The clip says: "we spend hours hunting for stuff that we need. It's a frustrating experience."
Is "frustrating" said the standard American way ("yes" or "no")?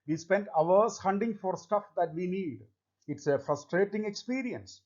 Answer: yes